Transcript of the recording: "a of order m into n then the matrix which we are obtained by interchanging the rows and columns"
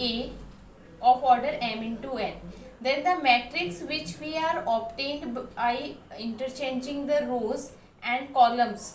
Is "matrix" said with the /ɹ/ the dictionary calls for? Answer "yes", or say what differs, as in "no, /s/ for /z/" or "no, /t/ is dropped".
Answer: yes